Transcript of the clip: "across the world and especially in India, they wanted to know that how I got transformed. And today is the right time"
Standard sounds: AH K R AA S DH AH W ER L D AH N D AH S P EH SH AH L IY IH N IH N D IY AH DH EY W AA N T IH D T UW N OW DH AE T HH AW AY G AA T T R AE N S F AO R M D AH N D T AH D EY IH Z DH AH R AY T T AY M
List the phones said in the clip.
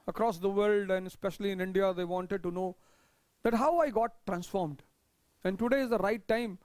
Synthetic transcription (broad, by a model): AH K R AA S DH AH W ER L D AH N D AH S P EH SH AH L IY IH N IH N D IY AH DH EY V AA N T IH D T UW N OW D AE T HH AW AY G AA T T R AE N S F AO R M D AH N D T AH D EY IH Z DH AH R AY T T AY M